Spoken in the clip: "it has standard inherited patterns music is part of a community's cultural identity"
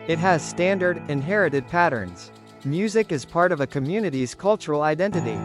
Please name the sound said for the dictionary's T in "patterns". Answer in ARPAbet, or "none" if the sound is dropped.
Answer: T